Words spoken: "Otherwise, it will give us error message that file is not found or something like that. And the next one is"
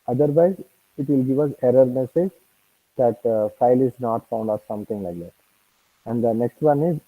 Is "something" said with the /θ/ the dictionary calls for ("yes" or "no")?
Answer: no